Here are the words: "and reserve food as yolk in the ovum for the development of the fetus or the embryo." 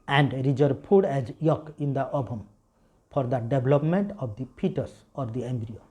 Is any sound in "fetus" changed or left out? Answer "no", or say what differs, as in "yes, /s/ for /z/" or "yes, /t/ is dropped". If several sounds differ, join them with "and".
yes, /p/ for /f/